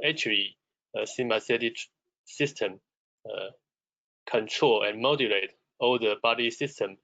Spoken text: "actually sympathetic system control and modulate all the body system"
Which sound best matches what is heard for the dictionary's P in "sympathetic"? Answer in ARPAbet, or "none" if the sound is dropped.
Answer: none